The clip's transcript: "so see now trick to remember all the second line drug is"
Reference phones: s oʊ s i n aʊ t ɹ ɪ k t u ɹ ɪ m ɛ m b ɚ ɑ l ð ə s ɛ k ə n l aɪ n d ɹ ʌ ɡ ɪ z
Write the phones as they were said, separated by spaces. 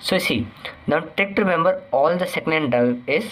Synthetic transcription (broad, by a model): s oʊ s i n aʊ t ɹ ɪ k t u ɹ ɪ m ɛ m b ɚ ɑ l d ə s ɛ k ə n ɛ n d ʌ ɪ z